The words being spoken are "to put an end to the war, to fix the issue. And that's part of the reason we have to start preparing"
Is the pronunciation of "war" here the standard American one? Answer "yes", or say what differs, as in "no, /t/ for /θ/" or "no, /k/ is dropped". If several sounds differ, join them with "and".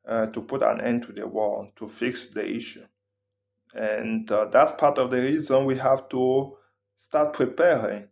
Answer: no, /l/ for /ɹ/